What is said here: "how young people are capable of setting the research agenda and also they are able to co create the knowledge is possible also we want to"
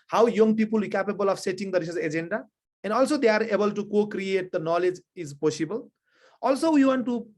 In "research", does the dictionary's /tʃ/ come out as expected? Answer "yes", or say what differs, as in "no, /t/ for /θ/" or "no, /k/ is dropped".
no, /s/ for /tʃ/